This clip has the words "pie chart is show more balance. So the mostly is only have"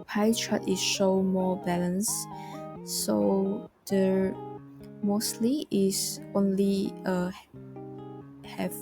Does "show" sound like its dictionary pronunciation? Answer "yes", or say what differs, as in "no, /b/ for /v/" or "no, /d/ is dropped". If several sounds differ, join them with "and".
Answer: yes